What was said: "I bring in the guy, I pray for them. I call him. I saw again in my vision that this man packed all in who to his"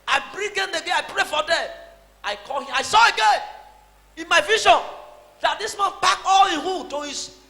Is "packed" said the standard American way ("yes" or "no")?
no